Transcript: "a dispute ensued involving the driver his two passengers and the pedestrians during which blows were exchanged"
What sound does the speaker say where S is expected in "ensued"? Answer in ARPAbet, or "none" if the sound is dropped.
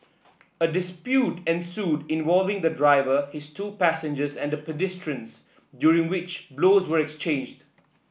S